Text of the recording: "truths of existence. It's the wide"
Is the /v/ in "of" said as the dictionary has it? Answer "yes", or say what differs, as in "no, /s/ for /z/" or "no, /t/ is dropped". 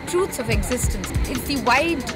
yes